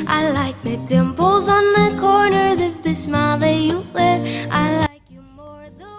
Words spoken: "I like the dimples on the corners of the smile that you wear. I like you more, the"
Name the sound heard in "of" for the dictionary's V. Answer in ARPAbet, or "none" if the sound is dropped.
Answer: F